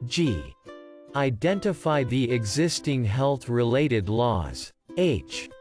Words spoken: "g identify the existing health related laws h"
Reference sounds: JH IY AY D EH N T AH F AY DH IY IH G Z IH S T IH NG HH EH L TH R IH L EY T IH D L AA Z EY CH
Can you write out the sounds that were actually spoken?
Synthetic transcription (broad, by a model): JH IY AY D EH N T AH F AY DH IY IH G Z IH S T IH NG HH EH L TH R IH L EY T IH D L AA Z EY CH